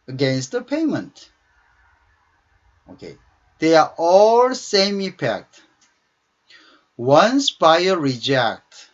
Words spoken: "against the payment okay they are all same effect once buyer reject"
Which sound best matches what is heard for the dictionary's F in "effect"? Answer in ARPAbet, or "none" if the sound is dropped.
P